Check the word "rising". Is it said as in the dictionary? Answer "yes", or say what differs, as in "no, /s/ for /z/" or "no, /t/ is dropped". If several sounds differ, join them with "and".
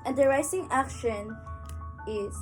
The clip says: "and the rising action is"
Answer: no, /s/ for /z/